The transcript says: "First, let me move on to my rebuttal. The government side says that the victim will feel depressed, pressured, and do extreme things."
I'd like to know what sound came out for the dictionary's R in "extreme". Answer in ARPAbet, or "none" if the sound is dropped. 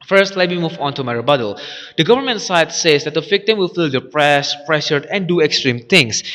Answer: R